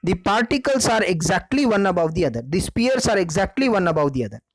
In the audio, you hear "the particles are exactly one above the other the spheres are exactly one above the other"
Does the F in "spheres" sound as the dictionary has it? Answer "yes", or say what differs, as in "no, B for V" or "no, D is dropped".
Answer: no, P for F